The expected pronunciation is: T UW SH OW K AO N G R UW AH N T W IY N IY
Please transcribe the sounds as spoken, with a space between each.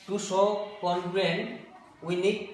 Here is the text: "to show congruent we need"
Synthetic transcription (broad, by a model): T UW S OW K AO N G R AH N W IY N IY